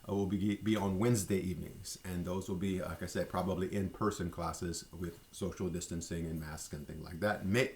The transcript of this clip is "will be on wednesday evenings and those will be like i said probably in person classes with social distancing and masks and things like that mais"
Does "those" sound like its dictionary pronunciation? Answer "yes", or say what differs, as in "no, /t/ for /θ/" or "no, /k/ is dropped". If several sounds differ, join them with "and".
yes